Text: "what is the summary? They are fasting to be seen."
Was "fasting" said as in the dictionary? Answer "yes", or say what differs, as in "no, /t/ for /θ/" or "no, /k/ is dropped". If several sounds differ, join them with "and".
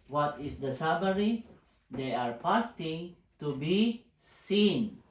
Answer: no, /p/ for /f/